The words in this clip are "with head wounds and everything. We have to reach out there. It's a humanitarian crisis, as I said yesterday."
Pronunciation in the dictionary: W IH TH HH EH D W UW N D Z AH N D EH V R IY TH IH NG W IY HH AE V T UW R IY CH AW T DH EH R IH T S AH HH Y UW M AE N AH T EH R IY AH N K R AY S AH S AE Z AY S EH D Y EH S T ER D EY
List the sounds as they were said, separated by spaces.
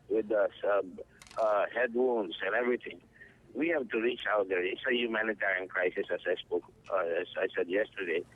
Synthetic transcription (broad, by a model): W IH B HH EH D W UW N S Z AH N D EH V R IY T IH NG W IY HH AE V T UW R IY CH AW T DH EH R IH T S AH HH Y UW M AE N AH T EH R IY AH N K R AY S AH S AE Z AY S EH D Y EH S T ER D EY